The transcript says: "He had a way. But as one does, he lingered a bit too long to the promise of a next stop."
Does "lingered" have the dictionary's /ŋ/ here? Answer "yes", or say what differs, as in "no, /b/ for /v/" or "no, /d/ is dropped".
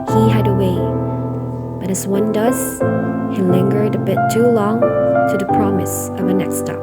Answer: yes